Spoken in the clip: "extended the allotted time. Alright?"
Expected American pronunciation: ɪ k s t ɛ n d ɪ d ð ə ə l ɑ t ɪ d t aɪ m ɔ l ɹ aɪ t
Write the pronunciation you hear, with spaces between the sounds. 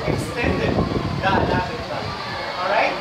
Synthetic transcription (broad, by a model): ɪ k s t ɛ n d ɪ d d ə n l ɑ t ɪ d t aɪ ɔ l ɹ aɪ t